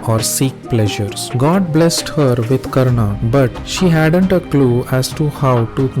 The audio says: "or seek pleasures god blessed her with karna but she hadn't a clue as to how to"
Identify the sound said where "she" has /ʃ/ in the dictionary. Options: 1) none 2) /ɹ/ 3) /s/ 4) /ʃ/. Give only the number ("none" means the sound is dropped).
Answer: 4